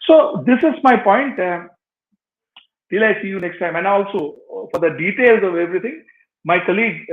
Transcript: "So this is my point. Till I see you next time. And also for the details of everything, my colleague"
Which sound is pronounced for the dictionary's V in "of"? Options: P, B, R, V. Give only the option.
V